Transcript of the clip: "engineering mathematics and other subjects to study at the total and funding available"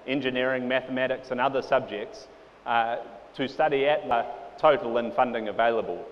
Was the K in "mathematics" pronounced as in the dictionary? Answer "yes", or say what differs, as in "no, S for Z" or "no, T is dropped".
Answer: yes